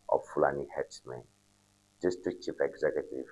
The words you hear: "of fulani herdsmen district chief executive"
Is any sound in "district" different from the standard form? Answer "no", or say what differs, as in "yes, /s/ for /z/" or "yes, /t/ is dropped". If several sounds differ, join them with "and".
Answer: yes, /ɹ/ is dropped